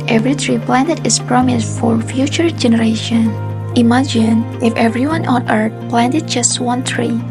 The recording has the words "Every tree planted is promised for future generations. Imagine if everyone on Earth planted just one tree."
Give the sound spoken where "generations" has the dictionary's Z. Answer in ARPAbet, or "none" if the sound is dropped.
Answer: none